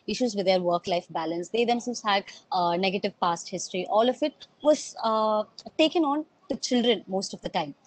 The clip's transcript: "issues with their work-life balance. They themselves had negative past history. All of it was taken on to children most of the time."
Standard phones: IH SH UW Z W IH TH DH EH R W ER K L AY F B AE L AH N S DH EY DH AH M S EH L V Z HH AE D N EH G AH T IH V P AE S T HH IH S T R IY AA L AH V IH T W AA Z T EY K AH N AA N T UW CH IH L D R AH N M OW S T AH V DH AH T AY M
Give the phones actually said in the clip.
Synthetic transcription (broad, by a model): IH SH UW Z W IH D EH R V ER K L AY F B AE L AH N S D EY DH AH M S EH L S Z HH AE D N EH G AH T IH V P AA S T HH IH S T R IY AA L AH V IH T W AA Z T EY K AH N AA N T UW CH IH L D R AH N M OW S T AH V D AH T AY M